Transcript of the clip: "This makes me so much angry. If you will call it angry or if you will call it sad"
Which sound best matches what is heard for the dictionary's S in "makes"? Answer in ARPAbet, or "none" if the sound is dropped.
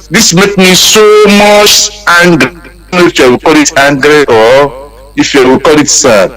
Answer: none